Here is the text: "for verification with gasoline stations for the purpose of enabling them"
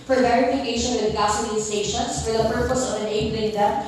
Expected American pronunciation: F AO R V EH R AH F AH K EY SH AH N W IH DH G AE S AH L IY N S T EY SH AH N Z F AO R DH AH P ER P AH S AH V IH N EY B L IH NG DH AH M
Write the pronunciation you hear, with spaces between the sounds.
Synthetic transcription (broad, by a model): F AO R V EH R AH F AH K EY SH AH N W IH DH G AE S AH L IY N S T EY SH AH N S F AO R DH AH P ER P AH S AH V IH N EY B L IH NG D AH